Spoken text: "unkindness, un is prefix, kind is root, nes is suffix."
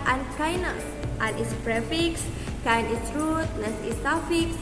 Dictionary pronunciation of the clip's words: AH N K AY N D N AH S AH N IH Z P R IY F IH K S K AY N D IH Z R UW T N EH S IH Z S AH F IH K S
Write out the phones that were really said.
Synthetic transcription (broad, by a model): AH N K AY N N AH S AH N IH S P R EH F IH K S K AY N IH S R UW T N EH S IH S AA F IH K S